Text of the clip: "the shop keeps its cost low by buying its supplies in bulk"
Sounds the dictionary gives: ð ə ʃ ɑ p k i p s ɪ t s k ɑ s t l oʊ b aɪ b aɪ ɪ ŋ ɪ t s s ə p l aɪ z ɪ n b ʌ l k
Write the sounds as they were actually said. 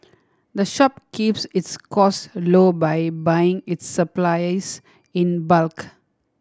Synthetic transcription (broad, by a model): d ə ʃ ɑ p k i p s ɪ t s k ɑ s l oʊ b aɪ b aɪ ɪ ŋ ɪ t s s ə p l aɪ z ɪ n b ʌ l k